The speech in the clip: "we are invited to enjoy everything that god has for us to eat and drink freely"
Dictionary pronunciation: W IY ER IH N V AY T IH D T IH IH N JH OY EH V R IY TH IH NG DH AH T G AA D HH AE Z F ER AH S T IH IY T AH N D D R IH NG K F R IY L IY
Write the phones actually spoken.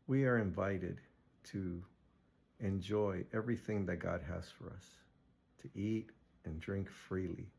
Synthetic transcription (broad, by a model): W IY ER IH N V AY T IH D T IH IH N JH OY EH V R IY TH IH NG DH AH T G AA D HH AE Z F ER AH S T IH IY T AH N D D R IH NG K F R IY L IY